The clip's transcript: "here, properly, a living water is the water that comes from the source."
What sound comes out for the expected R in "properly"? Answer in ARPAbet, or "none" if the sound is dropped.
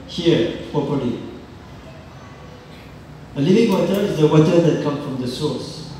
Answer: none